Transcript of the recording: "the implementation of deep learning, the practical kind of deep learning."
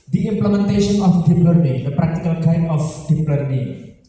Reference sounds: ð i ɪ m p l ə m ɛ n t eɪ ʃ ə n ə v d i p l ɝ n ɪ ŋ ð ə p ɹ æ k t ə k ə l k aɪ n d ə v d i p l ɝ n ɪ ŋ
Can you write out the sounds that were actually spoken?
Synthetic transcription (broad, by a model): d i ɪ m p l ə m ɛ n t eɪ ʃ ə n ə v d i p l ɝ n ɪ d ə p ɹ æ k t ə k ə l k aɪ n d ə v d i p l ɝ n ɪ